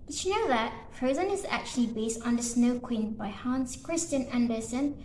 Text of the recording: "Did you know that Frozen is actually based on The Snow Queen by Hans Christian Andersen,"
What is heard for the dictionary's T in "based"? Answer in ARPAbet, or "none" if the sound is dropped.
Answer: T